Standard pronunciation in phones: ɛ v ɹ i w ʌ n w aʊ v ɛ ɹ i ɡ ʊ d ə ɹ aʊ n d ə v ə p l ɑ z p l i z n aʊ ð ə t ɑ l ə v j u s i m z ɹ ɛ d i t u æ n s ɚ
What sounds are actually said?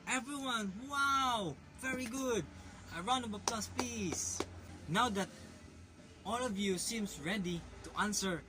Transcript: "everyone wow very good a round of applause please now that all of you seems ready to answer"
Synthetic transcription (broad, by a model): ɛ v ɹ i w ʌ n w aʊ v ɛ ɹ i ɡ ʊ d ə ɹ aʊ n ə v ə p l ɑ s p l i s n aʊ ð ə t ɑ l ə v j u s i m s ɹ ɛ d i t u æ n s ɚ